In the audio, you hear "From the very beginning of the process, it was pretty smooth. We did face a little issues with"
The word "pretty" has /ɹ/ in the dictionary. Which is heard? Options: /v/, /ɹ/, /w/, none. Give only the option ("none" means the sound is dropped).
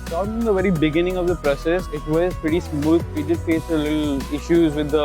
none